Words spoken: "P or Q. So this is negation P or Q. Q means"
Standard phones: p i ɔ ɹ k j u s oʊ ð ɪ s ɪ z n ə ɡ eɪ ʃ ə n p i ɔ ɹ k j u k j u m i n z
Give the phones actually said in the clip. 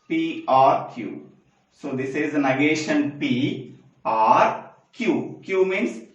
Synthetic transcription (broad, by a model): p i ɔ ɹ k j u s oʊ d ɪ s ɪ z n ə ɡ eɪ ʃ ə n p i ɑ ɹ k j u k j u m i n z